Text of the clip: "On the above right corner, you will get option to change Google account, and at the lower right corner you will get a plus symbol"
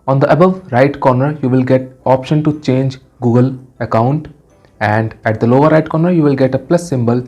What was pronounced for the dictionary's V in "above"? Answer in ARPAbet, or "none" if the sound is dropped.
V